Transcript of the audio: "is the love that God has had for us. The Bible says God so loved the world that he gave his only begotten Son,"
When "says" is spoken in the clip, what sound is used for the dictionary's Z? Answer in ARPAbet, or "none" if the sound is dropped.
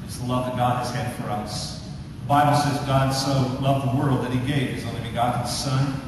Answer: Z